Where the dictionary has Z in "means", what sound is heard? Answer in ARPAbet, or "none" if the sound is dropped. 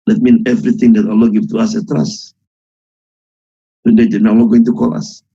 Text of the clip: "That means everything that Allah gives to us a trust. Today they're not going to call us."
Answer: none